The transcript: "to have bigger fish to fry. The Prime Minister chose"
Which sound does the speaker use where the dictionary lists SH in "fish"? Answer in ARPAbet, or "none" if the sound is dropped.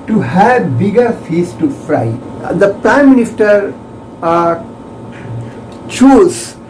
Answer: S